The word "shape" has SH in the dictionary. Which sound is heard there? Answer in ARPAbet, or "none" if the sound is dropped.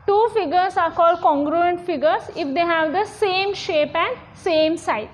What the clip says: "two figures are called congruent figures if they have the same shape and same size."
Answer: SH